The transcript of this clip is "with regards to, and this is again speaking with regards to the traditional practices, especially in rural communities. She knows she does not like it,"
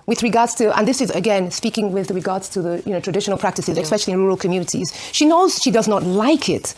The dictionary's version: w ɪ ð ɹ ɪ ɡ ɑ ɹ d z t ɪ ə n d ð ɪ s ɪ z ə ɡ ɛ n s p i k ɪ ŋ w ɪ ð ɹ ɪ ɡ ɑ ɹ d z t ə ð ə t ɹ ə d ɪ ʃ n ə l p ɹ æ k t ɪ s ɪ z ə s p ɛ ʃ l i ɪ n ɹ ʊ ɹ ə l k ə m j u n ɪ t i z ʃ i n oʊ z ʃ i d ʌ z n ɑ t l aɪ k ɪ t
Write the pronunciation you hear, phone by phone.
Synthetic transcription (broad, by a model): w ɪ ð ɹ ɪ ɡ ɑ ɹ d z t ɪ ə n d ð ɪ s ɪ z ə ɡ ɛ n s p i k ɪ ŋ w ɪ ð ɹ ɪ ɡ ɑ ɹ d z t ə ð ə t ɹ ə d ɪ ʃ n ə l p ɹ æ k t ɪ s ɪ z ə s p ɛ ʃ l i ɪ n ɹ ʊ ɹ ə l k ə m j u n ɪ t i z ʃ i n oʊ z ʃ i d ʌ z n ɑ t l aɪ k ɪ t